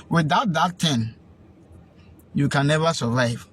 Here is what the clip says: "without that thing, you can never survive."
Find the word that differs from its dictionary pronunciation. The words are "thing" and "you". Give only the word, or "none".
thing